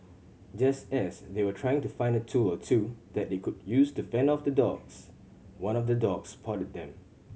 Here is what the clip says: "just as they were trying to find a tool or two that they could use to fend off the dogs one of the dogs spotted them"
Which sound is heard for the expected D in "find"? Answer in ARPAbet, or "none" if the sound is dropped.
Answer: D